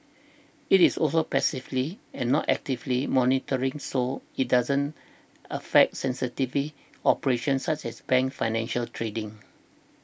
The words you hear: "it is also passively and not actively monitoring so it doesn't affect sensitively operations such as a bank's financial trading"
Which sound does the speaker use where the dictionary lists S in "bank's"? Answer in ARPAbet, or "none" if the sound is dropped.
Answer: none